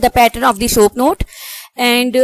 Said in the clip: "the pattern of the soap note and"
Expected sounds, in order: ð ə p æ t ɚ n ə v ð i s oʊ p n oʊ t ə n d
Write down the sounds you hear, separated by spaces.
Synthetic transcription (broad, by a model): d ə p æ t ɚ n ə v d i s oʊ p n oʊ t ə n d